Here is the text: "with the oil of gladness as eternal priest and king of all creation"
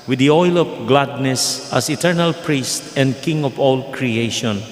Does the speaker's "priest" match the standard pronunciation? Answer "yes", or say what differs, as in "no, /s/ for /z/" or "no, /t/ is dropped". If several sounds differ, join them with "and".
yes